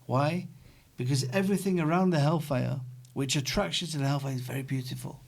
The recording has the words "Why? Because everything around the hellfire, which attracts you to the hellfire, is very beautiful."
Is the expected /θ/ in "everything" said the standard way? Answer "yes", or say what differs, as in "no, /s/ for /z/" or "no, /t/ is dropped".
yes